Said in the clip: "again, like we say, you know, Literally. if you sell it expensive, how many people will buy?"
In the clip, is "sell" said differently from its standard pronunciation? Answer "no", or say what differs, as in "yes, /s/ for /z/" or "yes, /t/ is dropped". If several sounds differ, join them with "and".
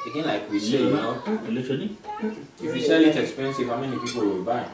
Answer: yes, /ʃ/ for /s/